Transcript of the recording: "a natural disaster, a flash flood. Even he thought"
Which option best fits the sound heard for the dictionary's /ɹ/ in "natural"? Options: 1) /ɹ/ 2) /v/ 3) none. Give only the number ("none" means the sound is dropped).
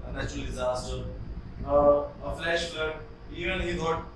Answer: 3